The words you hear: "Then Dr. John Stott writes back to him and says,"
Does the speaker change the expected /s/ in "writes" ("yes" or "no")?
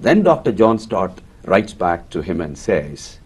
no